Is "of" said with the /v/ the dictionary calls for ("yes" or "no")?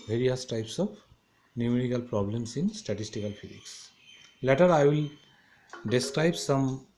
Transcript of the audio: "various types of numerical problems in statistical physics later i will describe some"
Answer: no